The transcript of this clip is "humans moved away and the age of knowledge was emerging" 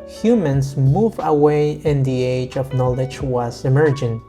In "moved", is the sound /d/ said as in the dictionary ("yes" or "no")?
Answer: no